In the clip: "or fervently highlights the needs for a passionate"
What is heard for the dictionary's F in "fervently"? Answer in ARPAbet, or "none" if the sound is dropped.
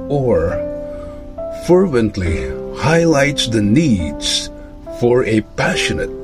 F